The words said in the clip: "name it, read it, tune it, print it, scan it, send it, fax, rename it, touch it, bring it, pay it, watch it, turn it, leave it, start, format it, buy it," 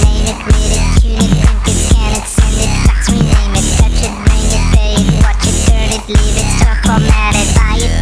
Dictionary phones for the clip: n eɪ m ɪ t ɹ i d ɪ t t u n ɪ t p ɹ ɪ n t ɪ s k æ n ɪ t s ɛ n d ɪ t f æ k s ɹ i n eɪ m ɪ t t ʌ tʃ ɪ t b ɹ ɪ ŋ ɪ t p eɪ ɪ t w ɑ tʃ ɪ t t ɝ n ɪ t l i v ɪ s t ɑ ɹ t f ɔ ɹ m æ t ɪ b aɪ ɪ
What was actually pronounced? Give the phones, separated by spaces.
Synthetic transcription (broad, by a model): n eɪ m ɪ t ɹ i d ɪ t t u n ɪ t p ɪ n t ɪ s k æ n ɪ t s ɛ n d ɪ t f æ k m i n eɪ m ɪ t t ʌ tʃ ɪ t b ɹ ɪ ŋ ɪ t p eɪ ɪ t w ɑ tʃ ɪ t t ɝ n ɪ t l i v ɪ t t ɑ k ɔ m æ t ɪ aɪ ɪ